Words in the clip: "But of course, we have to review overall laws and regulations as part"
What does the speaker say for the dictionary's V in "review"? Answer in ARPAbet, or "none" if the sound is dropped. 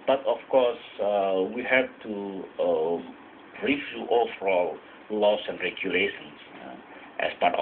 F